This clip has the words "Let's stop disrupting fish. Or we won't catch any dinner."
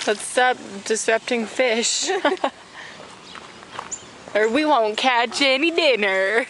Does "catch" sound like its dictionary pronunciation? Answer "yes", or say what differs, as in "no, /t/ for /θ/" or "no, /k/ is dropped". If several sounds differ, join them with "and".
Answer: yes